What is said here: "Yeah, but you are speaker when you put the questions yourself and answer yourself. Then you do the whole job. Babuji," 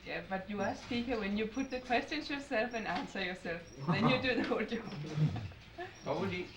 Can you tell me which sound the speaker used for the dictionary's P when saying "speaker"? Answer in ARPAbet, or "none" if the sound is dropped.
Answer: none